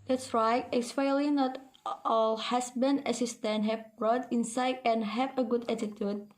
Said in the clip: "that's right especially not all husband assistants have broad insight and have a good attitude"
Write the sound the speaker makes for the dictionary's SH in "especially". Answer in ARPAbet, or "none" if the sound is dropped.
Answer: none